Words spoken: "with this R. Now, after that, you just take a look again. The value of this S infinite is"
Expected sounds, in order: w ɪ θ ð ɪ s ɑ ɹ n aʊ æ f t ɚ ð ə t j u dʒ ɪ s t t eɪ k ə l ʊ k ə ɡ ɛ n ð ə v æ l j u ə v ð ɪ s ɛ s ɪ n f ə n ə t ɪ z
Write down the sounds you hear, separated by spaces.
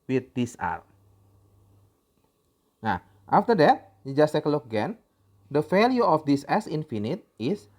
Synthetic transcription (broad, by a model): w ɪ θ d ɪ s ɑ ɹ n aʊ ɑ f t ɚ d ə t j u dʒ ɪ s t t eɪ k ə l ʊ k ə ɡ ɛ n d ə f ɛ l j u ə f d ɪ s ɛ s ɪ n f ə n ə t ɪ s